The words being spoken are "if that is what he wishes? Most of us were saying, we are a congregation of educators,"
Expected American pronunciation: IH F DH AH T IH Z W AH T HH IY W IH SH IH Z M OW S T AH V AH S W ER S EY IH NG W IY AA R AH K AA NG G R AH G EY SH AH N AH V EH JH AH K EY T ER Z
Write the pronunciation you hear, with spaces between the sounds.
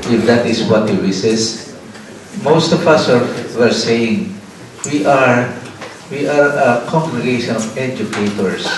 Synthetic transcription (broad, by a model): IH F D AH T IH S W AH T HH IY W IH S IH S M OW S T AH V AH S W ER S EY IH NG W IY AA R AH K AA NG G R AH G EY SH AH N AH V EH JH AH K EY T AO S